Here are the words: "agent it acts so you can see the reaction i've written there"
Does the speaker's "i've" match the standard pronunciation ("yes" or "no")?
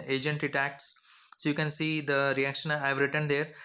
yes